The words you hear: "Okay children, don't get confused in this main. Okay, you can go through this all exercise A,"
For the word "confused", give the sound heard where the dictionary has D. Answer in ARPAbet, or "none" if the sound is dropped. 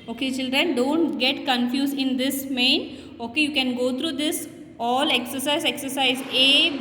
none